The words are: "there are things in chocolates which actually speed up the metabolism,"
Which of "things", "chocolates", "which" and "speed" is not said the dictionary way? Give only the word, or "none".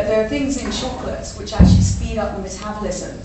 chocolates